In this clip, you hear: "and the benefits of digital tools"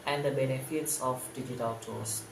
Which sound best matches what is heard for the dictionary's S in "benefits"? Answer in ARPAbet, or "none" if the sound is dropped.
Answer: S